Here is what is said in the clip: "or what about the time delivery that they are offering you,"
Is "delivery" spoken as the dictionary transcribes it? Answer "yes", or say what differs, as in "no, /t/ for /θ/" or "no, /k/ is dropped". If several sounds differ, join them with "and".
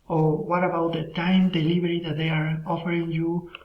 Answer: no, /b/ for /v/